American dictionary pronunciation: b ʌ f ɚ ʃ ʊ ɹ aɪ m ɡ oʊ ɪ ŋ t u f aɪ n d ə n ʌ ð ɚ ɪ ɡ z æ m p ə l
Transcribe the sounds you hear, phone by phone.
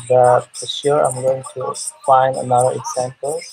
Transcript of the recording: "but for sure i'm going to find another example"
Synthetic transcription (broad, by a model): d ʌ p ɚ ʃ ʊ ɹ aɪ m ɡ oʊ ɪ ŋ t u f aɪ n d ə n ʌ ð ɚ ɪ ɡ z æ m p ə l